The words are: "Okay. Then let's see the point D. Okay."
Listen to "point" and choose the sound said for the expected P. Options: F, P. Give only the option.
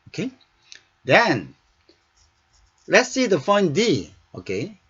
F